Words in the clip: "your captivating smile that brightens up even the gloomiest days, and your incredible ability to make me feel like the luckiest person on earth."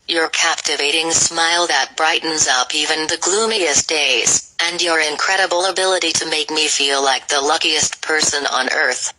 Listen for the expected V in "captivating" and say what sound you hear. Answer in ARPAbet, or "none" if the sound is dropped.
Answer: V